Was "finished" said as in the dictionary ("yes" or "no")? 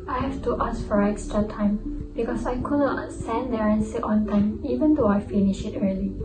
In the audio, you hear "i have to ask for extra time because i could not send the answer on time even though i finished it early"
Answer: no